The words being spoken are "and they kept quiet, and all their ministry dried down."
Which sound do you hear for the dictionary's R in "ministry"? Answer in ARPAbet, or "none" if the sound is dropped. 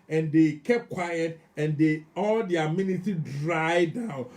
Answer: none